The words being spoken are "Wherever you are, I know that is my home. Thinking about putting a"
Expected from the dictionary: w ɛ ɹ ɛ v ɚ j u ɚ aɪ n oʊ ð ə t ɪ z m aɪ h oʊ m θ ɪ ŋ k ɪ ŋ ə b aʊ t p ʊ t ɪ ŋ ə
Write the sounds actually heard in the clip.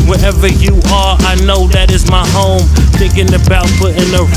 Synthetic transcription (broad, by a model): w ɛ ɹ ɛ v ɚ j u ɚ aɪ n oʊ ð ə t ɪ z m aɪ h oʊ m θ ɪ k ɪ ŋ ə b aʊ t f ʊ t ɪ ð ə